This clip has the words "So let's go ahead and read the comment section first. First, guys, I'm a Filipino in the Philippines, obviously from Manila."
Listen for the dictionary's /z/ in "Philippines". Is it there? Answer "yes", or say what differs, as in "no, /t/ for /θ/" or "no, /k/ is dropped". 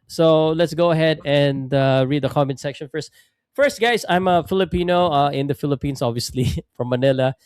no, /s/ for /z/